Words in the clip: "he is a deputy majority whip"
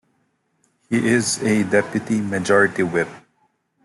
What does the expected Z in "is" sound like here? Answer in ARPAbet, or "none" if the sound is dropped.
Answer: Z